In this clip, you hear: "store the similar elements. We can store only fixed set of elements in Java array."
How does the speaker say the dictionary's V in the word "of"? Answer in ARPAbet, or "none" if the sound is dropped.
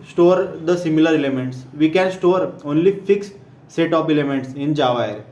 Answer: P